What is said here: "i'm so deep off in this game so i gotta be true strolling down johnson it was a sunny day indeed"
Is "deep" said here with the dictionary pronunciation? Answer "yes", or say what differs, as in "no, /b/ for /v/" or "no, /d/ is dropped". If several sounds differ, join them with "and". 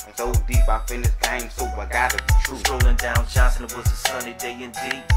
no, /b/ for /p/